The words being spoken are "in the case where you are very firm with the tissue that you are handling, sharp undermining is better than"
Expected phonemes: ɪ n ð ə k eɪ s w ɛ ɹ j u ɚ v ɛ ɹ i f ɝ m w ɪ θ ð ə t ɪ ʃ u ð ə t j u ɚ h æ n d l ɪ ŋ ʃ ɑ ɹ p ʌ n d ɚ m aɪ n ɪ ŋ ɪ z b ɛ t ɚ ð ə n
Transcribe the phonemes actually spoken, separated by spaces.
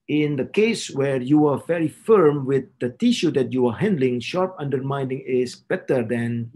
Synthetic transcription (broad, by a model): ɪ n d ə k eɪ s w ɛ ɹ j u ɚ v ɛ ɹ i f ɝ m w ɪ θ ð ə t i ʃ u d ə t j u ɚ h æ n d l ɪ ŋ ʃ ɑ ɹ p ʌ n d ɚ m aɪ n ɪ ŋ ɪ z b ɛ t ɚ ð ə n